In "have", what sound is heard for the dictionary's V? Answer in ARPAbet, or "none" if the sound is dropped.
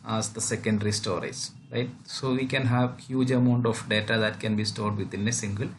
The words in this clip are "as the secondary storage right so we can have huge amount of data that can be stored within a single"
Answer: V